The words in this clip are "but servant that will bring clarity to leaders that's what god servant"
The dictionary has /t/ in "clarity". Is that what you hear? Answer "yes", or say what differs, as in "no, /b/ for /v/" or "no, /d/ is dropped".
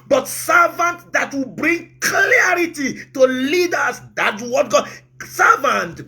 yes